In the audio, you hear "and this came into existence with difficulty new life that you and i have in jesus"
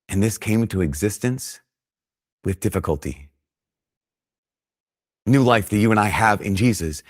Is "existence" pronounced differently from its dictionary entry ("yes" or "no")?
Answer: no